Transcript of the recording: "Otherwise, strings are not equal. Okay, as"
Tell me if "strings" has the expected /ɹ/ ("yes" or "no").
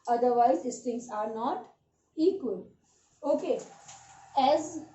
no